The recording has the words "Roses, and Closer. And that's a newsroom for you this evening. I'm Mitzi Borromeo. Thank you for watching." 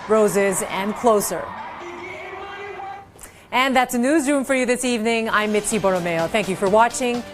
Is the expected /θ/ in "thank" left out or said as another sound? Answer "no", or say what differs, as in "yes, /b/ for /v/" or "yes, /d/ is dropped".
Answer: no